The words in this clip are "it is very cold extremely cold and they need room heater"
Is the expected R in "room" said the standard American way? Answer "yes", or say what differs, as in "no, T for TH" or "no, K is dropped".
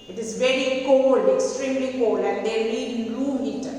no, L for R